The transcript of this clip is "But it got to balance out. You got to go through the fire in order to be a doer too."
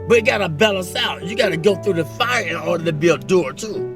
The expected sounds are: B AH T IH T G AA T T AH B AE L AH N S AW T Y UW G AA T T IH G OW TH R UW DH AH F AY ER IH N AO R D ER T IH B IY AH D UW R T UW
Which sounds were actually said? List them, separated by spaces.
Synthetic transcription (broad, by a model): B AH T IH T G AA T T AH B AE L AH N S AW T Y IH G AA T T IH G OW TH R UW DH AH F AY ER IH N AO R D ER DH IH B IY AH D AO R T UW